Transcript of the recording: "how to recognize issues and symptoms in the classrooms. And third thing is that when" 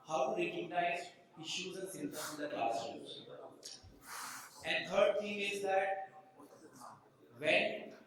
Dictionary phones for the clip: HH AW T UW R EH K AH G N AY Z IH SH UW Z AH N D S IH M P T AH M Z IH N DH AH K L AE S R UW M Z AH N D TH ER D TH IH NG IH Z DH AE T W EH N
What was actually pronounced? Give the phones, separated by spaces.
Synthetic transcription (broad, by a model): HH AW T UW R EH K AH G N AY Z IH SH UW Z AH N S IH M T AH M IH N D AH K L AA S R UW Z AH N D T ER D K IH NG IH Z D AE T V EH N